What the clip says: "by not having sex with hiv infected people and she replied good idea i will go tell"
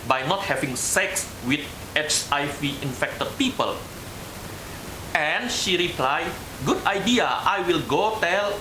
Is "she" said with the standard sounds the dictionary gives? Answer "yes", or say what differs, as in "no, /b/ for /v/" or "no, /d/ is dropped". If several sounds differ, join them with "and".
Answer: yes